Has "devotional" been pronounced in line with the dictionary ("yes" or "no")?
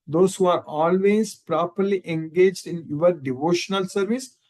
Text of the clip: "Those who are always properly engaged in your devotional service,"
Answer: yes